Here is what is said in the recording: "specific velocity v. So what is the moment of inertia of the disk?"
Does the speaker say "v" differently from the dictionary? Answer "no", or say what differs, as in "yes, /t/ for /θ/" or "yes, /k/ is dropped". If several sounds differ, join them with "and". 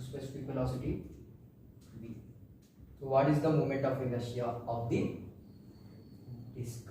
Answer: yes, /b/ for /v/